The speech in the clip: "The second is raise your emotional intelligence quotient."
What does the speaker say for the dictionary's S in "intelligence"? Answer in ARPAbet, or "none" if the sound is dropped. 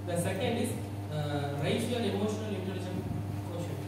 none